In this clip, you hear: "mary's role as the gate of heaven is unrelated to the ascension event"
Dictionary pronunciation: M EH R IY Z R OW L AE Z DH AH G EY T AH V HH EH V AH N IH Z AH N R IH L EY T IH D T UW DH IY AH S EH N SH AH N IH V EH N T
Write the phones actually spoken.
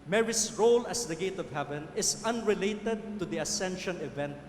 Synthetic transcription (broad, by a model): M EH R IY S R OW L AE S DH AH G EY T AH V HH EH V AH N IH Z AH N R IH L EY T IH D T UW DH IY AH S EH N SH AH N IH V EH N T